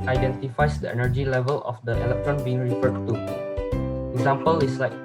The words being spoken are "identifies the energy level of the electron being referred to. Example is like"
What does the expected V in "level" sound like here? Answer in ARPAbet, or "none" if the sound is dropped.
V